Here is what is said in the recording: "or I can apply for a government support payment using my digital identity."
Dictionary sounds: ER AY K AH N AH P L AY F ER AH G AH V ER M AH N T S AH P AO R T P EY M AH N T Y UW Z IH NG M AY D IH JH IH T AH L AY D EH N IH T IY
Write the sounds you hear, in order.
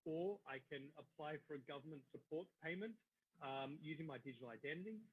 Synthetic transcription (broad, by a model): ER AY K AH N AH P L AY F ER AH G AH V ER M AH N T S AH P AO R T P EY M AH N T Y UW Z IH NG M AY D IH JH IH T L AY D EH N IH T IY